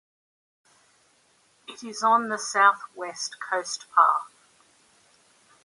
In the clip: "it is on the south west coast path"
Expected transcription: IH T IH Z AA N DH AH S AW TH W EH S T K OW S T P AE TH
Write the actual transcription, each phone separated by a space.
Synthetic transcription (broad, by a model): IH T IH Z N DH AH S AW TH W EH S T K OW S T P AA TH